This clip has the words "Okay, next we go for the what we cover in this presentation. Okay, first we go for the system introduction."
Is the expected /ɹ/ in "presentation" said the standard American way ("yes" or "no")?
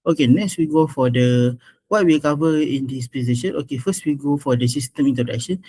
no